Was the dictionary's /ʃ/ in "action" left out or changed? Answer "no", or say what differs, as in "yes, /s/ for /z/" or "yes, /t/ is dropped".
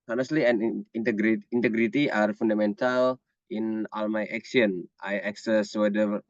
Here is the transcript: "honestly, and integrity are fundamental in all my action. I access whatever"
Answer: yes, /s/ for /ʃ/